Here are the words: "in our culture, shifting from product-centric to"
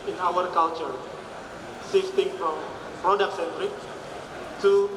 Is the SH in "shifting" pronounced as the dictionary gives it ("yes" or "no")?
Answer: no